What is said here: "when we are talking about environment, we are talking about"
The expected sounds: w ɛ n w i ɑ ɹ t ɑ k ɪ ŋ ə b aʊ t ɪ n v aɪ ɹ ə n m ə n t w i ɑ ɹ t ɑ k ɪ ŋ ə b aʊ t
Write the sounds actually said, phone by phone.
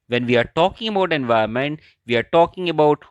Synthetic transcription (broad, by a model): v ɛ n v i ɑ ɹ t ɑ k ɪ ŋ ə b aʊ t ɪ n v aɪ ə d m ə n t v i ɑ ɹ t ɑ k ɪ ŋ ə b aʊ t